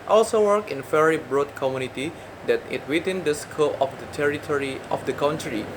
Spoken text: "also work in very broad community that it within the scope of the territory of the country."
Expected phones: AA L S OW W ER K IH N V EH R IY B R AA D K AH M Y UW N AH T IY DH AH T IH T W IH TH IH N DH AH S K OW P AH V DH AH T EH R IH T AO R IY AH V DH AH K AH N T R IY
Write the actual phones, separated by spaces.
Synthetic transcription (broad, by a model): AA L S OW W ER K IH N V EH R IY B R AA D K AH M Y UW N AH T IY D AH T IH T W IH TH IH N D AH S K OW AH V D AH T EH R IH T AO R IY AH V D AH K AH N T R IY